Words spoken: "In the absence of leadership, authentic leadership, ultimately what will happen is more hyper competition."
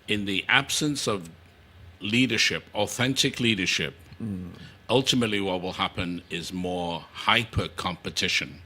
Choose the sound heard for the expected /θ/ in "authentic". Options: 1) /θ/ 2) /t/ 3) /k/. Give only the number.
1